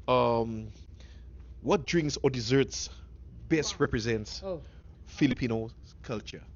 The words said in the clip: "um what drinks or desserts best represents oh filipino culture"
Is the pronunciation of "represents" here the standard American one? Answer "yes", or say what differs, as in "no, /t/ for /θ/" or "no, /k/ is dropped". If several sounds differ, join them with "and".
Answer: yes